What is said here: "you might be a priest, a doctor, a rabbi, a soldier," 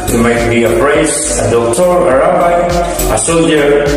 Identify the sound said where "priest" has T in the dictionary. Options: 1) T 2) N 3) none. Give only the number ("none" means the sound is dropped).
3